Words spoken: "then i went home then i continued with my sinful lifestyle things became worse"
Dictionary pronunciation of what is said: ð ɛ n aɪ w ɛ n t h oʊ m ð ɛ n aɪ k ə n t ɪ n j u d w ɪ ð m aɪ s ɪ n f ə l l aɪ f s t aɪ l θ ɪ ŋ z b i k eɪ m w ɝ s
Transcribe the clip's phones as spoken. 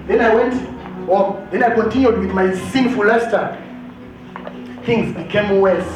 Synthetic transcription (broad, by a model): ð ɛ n aɪ w ɛ n t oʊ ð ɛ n aɪ k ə n t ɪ n j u d w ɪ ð m aɪ s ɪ n f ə l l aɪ s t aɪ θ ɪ ŋ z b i k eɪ m w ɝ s